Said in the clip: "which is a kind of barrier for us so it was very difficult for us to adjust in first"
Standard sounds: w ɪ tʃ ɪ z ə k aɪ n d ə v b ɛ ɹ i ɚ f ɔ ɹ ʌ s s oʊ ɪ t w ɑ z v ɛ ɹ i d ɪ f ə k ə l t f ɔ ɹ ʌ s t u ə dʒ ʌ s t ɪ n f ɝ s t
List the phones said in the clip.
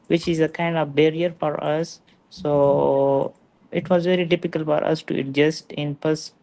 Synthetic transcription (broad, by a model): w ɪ tʃ ɪ z ə k aɪ n d ə v b ɛ ɹ i ɚ f ɔ ɹ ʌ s s oʊ ɪ t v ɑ z v ɛ ɹ i d ɪ f ə k ə l t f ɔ ɹ ʌ s t u ə dʒ ʌ s t ɪ n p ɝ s